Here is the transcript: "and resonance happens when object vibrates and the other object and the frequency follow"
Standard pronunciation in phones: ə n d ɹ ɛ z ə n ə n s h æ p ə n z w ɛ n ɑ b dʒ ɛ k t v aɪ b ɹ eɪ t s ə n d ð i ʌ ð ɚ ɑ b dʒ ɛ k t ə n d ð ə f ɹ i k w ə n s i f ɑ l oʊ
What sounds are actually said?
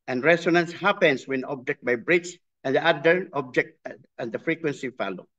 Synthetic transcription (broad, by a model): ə n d ɹ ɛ s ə n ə n s h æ p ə n s w ɛ n ɑ b dʒ ɛ k t b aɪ b ɹ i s ə n d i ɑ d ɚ ɑ b dʒ ɛ k t ə n d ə f ɹ i k w ə n s i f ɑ l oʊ